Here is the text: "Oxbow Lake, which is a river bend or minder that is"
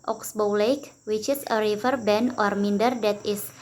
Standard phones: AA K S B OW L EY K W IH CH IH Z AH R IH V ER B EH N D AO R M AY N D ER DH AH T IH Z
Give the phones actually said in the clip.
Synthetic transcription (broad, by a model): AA K S B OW L EY K W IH CH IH S AH R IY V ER B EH N AO R M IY N D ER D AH T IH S